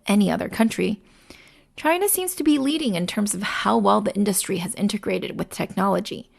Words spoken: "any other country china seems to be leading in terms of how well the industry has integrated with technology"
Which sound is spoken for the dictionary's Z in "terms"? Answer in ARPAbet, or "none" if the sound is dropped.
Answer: Z